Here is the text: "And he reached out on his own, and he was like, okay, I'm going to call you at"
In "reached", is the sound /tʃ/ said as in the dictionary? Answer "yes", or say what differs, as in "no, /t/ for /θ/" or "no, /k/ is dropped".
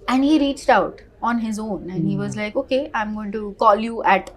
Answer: yes